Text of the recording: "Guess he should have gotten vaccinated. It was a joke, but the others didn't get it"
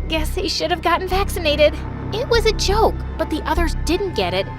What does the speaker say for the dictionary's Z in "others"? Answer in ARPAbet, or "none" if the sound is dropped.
Z